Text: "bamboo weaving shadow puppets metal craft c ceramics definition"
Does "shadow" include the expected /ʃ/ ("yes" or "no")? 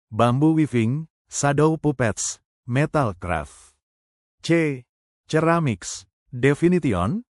no